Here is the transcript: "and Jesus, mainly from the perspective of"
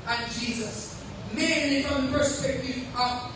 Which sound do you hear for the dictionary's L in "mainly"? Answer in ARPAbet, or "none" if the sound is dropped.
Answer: L